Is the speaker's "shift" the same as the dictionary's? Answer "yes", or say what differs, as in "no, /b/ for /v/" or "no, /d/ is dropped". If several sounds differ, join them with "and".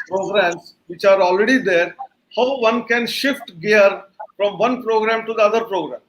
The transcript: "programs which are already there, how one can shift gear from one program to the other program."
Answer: yes